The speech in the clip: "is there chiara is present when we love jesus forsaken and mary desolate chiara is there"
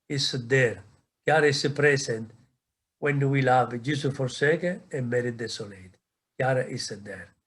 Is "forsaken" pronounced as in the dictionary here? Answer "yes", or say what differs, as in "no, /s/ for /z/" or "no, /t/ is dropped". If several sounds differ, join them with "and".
no, /n/ is dropped